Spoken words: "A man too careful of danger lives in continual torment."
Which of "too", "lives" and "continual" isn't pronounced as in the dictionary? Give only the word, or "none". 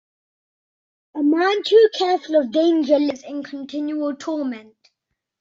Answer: lives